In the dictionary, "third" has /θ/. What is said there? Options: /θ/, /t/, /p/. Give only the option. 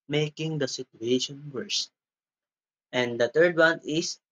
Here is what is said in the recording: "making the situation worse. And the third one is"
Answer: /t/